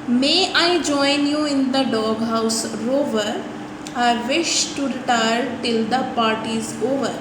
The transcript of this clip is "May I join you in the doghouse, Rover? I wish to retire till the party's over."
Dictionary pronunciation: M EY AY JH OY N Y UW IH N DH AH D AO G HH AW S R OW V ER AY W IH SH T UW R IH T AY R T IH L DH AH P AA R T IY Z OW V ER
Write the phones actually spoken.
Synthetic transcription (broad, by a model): M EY AY JH OY N Y UW IH N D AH D AO G HH AW S R OW V ER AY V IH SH T UW R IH T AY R T IH L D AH P AA R T IY Z OW V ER